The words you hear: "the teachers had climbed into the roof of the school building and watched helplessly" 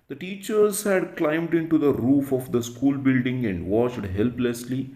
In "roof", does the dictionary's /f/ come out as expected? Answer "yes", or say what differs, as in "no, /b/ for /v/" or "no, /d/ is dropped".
yes